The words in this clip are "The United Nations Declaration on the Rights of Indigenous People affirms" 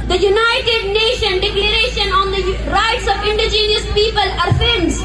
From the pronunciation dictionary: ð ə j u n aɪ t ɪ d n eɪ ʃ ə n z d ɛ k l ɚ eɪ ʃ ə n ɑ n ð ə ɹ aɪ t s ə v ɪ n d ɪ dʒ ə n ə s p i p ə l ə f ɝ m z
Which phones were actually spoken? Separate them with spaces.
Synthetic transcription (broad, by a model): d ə j u n aɪ t ɪ d n eɪ ʃ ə n d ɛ k l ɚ eɪ ʃ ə n ɑ n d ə ɹ aɪ t s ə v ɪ n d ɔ dʒ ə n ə s p i p ə l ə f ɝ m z